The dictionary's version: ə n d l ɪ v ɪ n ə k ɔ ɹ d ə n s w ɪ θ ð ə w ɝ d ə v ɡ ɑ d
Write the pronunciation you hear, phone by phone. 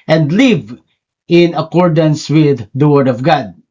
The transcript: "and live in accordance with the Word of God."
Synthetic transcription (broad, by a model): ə n d l ɪ v ɪ n ə k ɔ ɹ d ə n s w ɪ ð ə w ɝ d ə v ɡ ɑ d